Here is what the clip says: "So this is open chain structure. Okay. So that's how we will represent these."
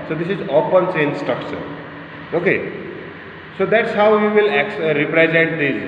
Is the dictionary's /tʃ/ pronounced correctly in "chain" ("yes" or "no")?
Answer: no